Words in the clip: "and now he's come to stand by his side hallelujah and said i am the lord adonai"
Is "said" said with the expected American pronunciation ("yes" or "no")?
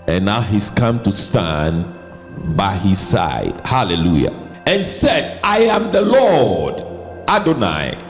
yes